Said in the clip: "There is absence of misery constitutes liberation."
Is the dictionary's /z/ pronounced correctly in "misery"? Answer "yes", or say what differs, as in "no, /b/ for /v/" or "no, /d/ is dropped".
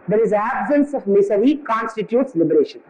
no, /s/ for /z/